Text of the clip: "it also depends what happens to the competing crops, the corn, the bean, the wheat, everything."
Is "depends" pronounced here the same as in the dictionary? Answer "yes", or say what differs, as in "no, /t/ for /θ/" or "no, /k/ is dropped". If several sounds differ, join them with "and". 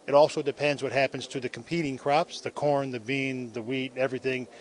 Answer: yes